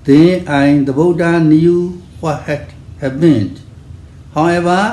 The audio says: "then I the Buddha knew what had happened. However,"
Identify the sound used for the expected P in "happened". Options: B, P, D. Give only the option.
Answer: B